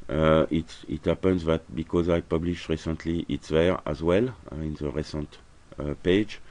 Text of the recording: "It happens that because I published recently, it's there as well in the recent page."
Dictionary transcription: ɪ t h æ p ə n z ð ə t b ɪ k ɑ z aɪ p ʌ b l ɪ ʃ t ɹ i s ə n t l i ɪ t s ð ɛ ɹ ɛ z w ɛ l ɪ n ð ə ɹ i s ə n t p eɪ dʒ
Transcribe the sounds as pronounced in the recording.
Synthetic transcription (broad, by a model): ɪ t h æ p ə n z ð ə t b ɪ k ɑ z aɪ p ʌ b l ɪ ʃ t ɹ i s ə n t l i ɪ t s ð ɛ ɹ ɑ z w ɛ l ɪ n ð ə ɹ i s ə n t p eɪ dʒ